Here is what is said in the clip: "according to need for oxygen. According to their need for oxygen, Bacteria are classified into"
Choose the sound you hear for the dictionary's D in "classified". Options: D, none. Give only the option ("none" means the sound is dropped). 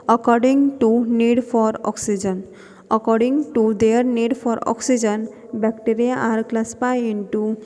none